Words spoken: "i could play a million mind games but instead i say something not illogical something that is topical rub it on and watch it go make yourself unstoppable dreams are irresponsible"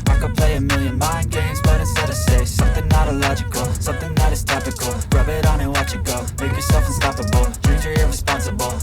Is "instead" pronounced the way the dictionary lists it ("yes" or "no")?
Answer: no